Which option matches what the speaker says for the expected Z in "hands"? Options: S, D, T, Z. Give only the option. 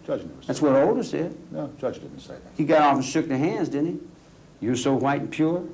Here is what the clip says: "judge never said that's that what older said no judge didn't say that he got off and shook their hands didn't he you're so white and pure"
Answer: Z